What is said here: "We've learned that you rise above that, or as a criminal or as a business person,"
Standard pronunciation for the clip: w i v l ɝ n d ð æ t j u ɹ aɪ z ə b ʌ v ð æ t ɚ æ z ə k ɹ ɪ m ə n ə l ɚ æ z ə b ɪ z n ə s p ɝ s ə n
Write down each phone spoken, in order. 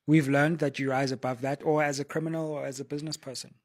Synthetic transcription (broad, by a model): w i v l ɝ n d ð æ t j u ɹ aɪ z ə b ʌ v ð æ t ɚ æ z ə k ɹ ɪ m ə n ə l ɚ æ z ə b ɪ z n ə s p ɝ s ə n